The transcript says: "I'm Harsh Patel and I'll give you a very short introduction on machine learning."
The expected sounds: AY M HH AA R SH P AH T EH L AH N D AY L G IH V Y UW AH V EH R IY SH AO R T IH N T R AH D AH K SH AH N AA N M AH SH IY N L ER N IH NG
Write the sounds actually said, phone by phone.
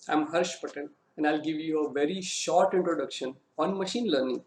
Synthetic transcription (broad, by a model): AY M HH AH R SH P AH T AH N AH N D AY L G IH V Y UW AH V EH R IY SH AO R T IH N T R AH D AH K SH AH N AA N M AH SH IY N L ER N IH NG